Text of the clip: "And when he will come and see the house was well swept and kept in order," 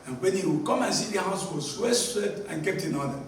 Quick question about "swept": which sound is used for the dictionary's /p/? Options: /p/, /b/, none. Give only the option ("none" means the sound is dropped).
none